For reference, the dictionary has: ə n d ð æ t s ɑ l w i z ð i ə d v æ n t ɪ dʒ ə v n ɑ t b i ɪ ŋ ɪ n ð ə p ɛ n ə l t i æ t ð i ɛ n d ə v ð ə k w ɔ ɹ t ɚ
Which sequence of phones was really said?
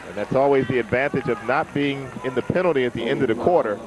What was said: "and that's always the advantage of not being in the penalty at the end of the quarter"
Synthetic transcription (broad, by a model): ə n ð æ t s ɑ l w i z ð i ə d v æ n t ɪ dʒ ə v n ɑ t b i ɪ ŋ ɪ n ð ə p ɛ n l t i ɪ t ð i ɛ n d ə v ð ə k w ɔ ɹ t ɚ